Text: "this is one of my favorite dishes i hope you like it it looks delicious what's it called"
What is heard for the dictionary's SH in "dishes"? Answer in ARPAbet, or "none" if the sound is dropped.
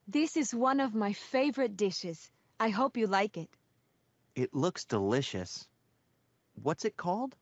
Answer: SH